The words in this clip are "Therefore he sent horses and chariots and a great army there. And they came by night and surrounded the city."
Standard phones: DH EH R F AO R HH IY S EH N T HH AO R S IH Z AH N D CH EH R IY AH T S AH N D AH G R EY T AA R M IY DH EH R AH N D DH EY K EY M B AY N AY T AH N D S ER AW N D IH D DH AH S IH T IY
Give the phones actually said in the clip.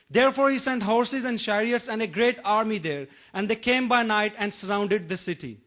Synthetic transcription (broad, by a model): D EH R F AO R HH IY S EH N T HH AO R S IH Z AH N D SH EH R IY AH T S AH N D AH G R EY T AA R M IY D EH R AH N D EY K EY M B AY N AY T AH N D S ER AW N D IH D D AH S IH T IY